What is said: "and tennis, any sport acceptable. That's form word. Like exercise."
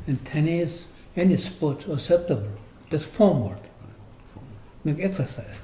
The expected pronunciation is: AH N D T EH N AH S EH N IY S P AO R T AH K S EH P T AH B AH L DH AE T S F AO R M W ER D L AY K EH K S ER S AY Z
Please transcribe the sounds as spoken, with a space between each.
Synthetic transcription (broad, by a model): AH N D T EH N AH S EH N IY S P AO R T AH S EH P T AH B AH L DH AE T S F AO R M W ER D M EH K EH K S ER S AY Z